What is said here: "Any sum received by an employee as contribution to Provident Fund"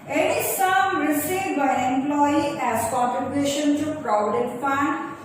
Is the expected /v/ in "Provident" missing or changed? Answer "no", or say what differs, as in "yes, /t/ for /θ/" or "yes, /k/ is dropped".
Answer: yes, /v/ is dropped